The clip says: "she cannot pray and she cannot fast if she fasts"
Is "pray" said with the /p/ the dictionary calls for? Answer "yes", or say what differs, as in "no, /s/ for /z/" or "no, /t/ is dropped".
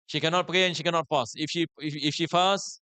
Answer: yes